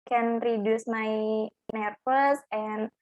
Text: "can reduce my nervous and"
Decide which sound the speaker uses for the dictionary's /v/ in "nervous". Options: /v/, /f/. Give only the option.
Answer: /f/